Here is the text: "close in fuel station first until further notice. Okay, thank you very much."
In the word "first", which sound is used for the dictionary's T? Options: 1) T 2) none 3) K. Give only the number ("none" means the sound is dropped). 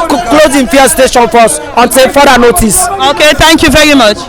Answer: 2